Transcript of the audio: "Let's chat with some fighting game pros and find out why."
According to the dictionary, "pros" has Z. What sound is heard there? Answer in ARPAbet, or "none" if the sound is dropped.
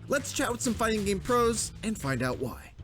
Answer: Z